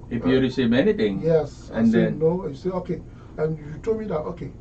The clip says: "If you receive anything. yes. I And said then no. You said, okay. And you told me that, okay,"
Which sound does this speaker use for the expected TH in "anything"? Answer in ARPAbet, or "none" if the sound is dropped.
T